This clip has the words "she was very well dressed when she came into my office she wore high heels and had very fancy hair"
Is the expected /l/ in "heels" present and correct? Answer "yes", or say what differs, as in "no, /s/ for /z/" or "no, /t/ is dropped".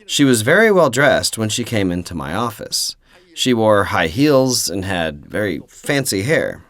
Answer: yes